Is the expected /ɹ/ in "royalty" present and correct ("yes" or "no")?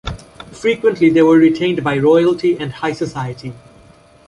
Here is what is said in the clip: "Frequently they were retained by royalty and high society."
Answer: yes